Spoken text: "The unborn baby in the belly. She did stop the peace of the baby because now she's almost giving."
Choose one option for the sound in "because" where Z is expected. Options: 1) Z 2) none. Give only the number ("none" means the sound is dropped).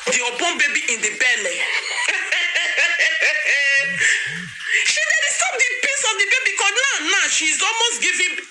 2